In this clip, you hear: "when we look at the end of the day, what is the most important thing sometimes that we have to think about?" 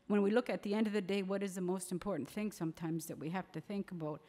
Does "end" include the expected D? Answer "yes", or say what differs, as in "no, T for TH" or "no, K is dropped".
yes